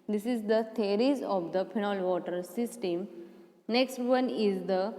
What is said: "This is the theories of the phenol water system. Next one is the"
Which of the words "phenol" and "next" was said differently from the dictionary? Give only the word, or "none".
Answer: phenol